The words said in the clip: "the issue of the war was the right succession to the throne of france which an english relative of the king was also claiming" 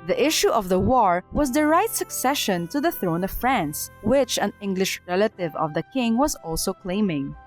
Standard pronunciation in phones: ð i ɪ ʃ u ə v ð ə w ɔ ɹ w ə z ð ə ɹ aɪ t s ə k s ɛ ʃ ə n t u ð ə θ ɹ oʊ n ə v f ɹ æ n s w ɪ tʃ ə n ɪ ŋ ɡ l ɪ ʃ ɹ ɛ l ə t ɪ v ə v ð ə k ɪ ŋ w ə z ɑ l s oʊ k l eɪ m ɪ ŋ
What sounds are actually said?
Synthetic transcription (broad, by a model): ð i ɪ ʃ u ə v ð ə w ɔ ɹ w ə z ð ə ɹ aɪ t s ə k s ɛ ʃ ə n t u ð ə θ ɹ oʊ n ə v f ɹ æ n s w ɪ tʃ ə n ɪ ŋ ɡ l ɪ ʃ ɹ ɛ l ə t ɪ v ə v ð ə k ɪ ŋ w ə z ɑ l s oʊ k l eɪ m ɪ ŋ